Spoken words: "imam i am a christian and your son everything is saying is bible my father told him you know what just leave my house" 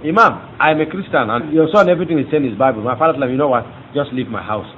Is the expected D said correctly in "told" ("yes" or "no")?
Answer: no